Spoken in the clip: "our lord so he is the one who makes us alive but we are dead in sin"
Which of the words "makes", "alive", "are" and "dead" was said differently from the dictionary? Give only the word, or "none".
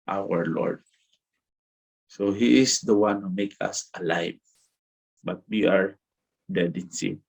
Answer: makes